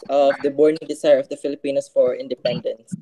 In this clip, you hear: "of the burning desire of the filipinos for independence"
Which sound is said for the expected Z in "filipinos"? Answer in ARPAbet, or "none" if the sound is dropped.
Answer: S